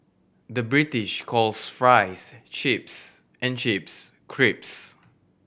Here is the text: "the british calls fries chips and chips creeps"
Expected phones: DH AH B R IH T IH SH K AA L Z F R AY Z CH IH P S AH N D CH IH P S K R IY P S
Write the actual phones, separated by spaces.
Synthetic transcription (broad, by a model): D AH B R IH T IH SH K AA L S F R AY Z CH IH P S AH N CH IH P S K R IY P S